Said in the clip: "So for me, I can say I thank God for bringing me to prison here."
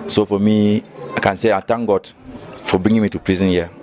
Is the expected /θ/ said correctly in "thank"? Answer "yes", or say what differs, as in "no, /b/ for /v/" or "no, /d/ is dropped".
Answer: no, /t/ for /θ/